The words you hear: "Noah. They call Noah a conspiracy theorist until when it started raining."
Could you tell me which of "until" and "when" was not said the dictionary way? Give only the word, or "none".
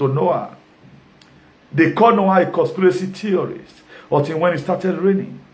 until